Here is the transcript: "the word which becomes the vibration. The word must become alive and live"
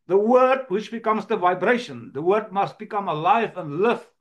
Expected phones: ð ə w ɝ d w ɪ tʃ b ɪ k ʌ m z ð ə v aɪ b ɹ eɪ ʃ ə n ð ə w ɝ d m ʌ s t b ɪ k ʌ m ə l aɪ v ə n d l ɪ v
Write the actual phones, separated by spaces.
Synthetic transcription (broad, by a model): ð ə w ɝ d w ɪ tʃ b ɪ k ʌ m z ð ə v aɪ b ɹ eɪ ʃ ə n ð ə w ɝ d m ʌ s t b ɪ k ʌ m ə l aɪ v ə n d l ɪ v